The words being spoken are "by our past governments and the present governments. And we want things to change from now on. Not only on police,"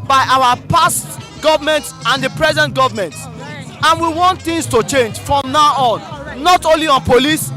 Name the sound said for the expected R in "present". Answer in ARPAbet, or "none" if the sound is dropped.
R